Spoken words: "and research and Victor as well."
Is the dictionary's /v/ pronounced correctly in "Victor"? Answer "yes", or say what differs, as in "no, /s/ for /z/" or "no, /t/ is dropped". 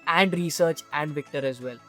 yes